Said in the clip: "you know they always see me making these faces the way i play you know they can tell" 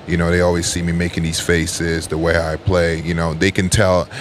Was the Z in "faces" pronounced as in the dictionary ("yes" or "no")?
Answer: yes